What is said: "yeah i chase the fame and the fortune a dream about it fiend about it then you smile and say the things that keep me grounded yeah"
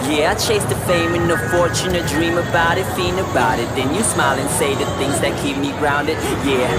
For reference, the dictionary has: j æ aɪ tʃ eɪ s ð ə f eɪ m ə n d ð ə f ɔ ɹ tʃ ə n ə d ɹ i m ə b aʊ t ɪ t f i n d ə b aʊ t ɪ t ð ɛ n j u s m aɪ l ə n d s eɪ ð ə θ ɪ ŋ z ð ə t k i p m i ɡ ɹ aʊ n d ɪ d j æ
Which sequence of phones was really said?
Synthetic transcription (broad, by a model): j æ aɪ tʃ eɪ s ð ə f eɪ m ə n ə f ɔ ɹ tʃ ə n ə d ɹ i m ə b aʊ t ɪ t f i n ə b aʊ t ɪ t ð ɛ n j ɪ s m aɪ l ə n s eɪ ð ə θ ɪ ŋ z ð ə t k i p m i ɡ ɹ aʊ n d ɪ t j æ